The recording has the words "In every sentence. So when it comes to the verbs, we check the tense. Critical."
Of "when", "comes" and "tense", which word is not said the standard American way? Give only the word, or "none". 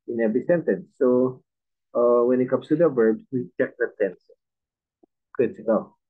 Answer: comes